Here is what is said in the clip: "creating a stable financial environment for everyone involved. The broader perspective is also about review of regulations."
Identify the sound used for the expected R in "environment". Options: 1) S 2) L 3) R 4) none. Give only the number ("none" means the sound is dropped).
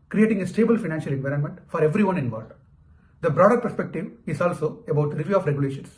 3